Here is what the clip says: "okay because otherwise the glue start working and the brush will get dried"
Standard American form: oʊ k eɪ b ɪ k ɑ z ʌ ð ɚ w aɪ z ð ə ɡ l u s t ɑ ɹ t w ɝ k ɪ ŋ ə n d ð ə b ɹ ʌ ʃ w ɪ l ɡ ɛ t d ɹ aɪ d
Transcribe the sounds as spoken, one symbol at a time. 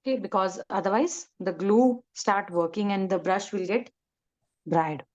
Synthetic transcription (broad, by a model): k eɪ b ɪ k ɑ z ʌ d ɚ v aɪ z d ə ɡ l u s t ɑ ɹ t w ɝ k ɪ ŋ ə n d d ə b ɹ ʌ ʃ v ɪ l ɡ ɛ t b ɹ aɪ d